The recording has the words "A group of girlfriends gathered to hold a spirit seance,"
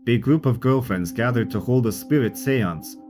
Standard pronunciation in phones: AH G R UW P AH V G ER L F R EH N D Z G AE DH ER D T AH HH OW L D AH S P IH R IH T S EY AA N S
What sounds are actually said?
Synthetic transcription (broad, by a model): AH G R UW P AH V G ER L F R EH N D Z G AE DH ER D T AH HH OW L D AH S P IH R IH T S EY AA N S